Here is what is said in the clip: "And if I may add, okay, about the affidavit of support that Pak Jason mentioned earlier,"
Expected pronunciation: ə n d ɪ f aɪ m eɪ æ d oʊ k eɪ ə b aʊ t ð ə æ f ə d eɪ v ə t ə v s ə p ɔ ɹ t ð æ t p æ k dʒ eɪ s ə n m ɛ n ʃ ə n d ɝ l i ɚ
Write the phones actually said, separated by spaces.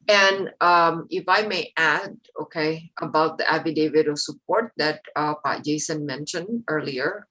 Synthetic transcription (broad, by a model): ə n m ɪ f aɪ m eɪ æ d oʊ k eɪ ə b aʊ t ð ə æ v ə d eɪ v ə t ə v s ə p ɔ ɹ t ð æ t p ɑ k dʒ eɪ s ə n m ɛ n ʃ ə n d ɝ l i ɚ